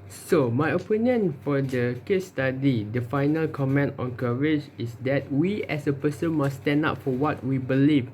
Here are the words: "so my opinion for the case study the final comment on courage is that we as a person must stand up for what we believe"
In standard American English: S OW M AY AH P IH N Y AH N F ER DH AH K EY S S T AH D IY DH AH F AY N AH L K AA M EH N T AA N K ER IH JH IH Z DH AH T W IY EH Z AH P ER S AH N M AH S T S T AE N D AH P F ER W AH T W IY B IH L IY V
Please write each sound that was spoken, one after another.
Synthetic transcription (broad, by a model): S OW M AY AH P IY N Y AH N F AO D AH K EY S S T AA D IY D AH F AY N AH L K AA M EH N T AA N K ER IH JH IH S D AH T W IY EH S AH P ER S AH N M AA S S T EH N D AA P F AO W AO T W IY B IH L IY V